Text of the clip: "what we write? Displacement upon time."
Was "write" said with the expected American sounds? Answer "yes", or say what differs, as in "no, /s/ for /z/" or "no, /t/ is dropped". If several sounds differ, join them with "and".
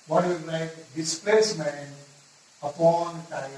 no, /l/ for /ɹ/